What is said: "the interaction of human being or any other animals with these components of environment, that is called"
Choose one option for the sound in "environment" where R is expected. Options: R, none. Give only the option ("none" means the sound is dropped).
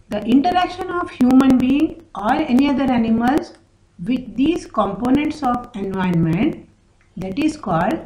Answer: none